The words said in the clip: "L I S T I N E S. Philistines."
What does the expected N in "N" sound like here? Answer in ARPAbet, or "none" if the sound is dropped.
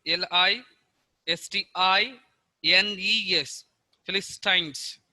N